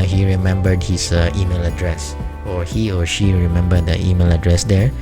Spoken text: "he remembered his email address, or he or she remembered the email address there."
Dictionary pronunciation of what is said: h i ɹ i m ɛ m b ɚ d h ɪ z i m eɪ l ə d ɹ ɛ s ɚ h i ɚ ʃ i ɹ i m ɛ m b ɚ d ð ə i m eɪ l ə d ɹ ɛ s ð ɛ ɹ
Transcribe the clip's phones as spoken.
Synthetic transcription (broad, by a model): h i ɹ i m ɛ m b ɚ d h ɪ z i m eɪ l ə d ɹ ɛ s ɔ h i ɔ ʃ i ɹ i m ɛ m b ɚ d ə i m eɪ l ə d ɹ ɛ s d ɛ ɹ